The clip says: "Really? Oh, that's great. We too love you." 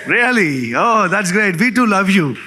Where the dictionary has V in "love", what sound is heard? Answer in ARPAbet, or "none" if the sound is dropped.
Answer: V